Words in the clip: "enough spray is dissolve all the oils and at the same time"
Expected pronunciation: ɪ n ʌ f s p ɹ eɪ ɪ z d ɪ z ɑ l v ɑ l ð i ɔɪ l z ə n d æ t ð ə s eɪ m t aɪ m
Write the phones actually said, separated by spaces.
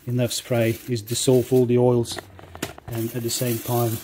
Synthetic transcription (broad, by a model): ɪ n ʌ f s p ɹ eɪ ɪ z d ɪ s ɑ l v ɑ l ð i ɔɪ l z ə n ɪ t ð ə s eɪ m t aɪ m